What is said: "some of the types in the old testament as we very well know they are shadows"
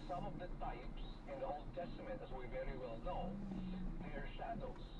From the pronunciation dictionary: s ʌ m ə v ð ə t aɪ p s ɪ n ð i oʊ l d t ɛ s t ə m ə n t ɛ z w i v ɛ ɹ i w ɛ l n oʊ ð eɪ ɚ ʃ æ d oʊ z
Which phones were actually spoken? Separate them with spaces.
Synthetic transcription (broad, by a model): s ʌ m ə v ð ə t aɪ p s ɪ n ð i oʊ l d t ɛ s t ə m ə n t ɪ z w i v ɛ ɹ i w ɛ l n oʊ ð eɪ ɚ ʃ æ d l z